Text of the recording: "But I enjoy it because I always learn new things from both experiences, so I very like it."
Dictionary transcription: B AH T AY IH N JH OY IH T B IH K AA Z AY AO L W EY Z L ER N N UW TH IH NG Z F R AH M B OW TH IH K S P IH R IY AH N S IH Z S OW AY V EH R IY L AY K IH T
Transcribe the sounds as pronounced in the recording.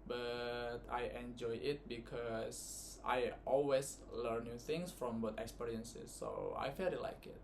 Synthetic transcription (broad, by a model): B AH T AY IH N JH OY IH T B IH K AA S AY AO L W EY S L ER N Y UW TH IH NG S F R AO M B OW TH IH K S P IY R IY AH N S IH S OW AY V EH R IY L AY K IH T